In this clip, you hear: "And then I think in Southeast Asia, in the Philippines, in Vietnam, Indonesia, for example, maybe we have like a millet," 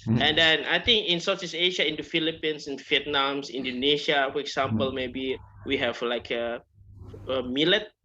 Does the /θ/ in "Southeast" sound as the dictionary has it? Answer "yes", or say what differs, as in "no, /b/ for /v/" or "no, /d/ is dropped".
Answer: no, /s/ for /θ/